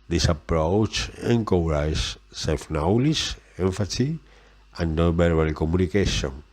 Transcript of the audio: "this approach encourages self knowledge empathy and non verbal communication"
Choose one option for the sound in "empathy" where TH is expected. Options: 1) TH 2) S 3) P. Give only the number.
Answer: 2